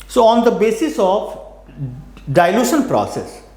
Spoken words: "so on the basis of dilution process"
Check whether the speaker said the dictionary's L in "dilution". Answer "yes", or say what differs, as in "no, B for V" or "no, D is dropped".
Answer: yes